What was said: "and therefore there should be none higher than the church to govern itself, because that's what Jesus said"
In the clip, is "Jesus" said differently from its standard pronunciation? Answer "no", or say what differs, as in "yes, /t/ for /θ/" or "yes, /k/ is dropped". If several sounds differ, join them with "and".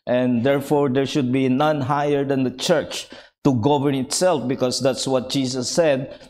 yes, /s/ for /z/